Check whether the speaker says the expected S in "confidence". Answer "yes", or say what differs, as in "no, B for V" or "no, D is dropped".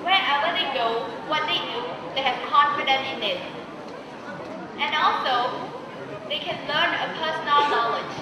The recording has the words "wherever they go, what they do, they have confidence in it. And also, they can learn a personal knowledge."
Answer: no, S is dropped